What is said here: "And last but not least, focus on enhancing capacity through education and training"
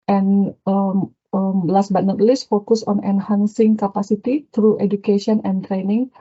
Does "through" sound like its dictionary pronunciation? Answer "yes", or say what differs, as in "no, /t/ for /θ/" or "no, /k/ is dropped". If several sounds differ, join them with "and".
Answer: no, /t/ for /θ/